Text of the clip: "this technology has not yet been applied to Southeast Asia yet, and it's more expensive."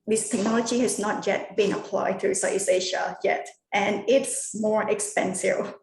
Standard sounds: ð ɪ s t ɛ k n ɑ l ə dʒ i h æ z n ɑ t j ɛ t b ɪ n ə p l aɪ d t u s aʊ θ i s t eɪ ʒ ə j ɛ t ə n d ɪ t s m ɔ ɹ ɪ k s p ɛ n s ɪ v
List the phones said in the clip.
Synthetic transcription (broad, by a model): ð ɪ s t ɛ k n ɑ l ə dʒ i h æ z n ɑ t j ɛ t b ɪ n ə p l aɪ d t u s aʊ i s eɪ ʃ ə j ɛ t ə n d ɪ t s m ɔ ɹ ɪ k s p ɛ n s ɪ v